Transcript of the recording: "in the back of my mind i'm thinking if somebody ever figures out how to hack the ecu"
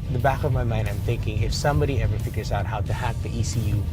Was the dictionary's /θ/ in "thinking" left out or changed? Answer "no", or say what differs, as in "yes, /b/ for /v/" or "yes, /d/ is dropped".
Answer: no